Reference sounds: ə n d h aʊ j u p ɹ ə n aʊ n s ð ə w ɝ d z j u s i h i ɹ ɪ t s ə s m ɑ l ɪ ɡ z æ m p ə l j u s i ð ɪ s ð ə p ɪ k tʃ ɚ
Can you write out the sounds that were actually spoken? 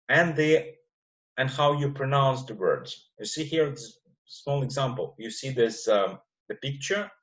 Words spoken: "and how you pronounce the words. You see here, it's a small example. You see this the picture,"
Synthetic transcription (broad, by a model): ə n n h aʊ j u p ɹ ə n aʊ n s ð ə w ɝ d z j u s i h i ɹ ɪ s s m ɑ l ɪ ɡ z æ m p ə l j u s i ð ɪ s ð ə p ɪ k tʃ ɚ